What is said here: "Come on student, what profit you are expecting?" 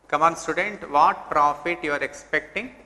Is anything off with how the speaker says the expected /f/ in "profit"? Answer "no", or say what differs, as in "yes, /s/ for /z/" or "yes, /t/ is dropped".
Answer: no